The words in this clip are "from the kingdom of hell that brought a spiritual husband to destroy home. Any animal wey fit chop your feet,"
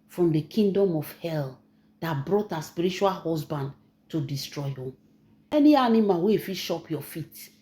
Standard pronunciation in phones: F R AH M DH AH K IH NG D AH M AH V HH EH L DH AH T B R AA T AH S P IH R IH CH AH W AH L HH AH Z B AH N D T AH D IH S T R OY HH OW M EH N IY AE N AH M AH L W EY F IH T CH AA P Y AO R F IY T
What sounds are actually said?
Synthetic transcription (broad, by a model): F R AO M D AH K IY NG D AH M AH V HH EH L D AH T B R AA T AH S P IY R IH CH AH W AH L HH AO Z B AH N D T AH D IH S T R OY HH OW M EH N IY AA N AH M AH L W EY F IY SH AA P Y AO F IY T